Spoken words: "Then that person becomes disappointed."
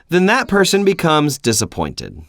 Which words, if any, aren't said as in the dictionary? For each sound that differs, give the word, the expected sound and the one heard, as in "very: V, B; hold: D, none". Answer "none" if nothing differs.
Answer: none